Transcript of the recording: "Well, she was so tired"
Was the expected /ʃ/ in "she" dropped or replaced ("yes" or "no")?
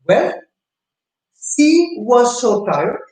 yes